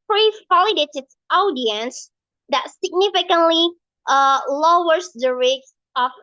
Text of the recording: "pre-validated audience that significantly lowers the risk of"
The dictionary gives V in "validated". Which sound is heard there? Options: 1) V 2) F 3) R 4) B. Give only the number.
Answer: 2